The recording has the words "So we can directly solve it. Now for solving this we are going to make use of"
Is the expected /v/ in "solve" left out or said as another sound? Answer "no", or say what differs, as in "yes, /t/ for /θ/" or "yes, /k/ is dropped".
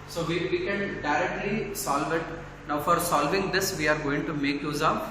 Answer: no